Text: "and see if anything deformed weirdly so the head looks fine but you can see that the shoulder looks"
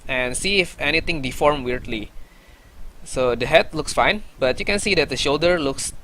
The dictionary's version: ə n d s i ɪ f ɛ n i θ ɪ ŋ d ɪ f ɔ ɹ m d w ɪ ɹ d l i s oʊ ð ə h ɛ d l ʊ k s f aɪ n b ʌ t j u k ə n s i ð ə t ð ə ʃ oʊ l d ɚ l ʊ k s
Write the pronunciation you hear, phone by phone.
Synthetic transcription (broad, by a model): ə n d s i ɪ f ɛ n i t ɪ ŋ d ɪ f ɔ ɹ m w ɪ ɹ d l i s oʊ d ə h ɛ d l ʊ k s f aɪ n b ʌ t j u k ə n s i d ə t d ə ʃ oʊ l d ɚ l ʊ k s